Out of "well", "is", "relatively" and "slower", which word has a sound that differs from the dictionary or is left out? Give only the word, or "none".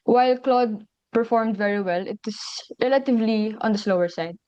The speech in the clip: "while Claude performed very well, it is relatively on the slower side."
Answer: is